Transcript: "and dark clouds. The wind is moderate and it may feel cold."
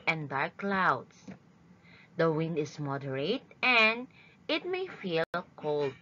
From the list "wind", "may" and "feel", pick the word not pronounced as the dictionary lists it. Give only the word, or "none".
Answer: none